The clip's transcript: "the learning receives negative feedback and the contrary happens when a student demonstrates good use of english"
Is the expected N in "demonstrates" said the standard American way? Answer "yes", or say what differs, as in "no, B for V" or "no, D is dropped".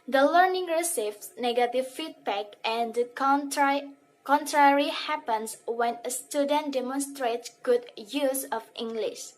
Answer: yes